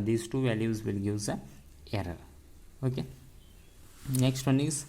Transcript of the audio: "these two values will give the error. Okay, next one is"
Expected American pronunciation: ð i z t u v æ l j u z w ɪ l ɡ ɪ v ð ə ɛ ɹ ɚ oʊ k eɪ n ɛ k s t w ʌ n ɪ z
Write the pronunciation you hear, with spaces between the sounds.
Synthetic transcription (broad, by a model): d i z t u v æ l j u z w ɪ l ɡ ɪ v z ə ɛ ɹ ɚ oʊ k eɪ n ɛ k s t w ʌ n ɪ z